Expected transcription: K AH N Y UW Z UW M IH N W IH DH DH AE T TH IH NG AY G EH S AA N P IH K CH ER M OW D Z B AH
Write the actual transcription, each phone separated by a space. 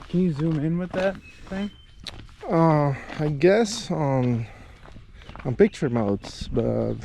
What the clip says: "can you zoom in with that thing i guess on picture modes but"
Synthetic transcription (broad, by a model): K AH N Y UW Z UW M IH N W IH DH DH AE T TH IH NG AY G EH S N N P IH K CH ER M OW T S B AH